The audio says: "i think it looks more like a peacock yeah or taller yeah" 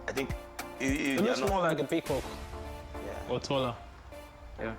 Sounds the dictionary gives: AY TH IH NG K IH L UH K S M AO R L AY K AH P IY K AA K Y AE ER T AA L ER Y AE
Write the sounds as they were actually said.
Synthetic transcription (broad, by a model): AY TH IH NG K IH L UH S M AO L AY K AH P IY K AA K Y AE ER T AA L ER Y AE